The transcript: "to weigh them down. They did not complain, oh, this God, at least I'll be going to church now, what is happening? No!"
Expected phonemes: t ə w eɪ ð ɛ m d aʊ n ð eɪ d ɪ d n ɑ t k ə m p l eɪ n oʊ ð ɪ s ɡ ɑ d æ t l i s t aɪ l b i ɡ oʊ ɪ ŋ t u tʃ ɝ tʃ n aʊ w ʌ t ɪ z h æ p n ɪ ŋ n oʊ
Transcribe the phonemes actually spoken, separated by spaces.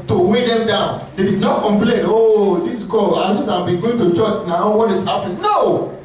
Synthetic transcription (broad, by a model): t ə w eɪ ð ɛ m d aʊ n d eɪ d ɪ d n ɑ t k ə m p l eɪ n oʊ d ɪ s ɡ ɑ ɑ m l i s aɪ b i ɡ oʊ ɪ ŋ t u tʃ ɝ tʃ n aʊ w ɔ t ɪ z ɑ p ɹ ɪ n oʊ